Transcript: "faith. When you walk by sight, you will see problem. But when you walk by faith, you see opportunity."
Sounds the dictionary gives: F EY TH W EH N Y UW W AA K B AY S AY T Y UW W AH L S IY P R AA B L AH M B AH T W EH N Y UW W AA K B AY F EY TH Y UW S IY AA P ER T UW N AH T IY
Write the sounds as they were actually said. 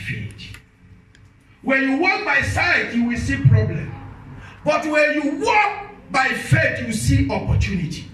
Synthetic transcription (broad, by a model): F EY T W EH N Y UW W AA K B AY S AY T Y UW W AH L S IY P R AA B L AH M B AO T W EH N Y UW W AA K B AY F EY T Y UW S IY AA P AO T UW N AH T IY